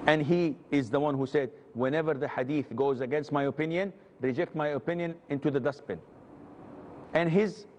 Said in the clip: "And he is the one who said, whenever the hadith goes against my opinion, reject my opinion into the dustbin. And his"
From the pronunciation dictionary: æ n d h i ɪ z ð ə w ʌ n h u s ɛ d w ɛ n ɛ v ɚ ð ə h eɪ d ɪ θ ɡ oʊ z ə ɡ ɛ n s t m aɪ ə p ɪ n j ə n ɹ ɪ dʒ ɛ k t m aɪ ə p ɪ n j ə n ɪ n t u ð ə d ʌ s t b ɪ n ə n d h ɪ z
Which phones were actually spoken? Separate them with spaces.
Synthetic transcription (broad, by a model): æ n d h i ɪ z ð ə w ʌ n h u s ɛ d w ɛ n ɛ v ɚ ð ə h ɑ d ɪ θ ɡ oʊ z ə ɡ ɛ n s t m aɪ ə p ɪ n j ə n ɹ ɪ dʒ ɛ k t m aɪ ə p ɪ n j ə n ɪ n t u ð ə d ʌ s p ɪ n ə n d h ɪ z